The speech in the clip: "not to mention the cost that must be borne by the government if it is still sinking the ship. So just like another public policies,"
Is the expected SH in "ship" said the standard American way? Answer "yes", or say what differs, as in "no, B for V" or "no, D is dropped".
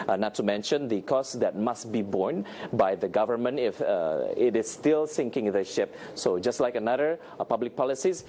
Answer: yes